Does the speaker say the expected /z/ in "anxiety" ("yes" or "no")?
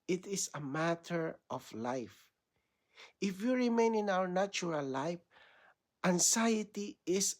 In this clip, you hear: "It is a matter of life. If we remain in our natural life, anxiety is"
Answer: no